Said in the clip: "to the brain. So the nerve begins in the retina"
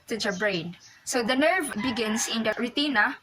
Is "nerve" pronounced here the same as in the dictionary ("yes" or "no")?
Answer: yes